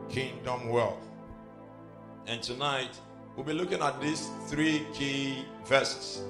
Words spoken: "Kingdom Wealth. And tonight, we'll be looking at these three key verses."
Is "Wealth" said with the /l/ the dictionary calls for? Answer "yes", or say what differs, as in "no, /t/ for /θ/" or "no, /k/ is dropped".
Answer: yes